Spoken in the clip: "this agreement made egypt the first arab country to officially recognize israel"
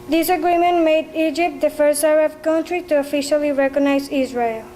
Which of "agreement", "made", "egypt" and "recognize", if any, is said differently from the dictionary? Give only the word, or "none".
none